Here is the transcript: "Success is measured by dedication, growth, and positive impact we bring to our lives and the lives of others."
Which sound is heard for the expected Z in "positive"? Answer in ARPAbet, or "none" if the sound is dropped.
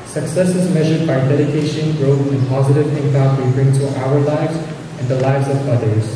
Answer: Z